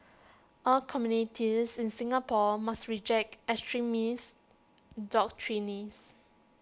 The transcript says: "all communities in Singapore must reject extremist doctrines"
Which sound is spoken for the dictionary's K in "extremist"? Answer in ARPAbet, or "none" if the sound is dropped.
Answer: none